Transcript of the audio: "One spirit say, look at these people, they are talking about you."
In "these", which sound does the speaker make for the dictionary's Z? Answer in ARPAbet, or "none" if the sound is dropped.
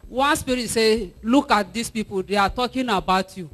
S